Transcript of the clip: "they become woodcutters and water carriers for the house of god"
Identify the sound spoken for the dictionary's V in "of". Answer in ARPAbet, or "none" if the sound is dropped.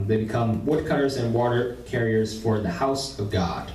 V